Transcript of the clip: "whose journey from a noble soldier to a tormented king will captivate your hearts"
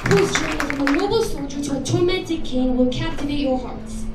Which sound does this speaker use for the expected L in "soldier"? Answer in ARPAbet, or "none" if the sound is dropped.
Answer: L